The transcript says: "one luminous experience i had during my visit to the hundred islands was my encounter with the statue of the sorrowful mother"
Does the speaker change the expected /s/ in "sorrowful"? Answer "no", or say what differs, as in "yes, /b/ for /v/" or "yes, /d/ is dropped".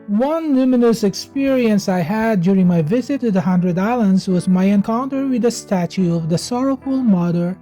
no